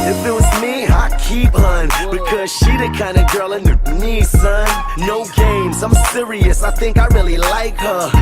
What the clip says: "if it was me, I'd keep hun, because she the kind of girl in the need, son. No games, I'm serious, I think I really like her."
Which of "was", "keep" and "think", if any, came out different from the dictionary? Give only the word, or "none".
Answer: none